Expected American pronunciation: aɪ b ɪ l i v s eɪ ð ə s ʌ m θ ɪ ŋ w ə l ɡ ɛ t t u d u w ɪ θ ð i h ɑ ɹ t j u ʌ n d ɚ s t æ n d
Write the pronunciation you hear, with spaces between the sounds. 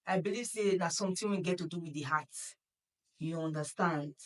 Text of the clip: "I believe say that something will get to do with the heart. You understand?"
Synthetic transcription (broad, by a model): aɪ b ɪ l i v s eɪ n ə s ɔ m t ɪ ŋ w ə n ɡ ɛ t t u d u w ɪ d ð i h ɑ t j u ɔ n d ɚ s t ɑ n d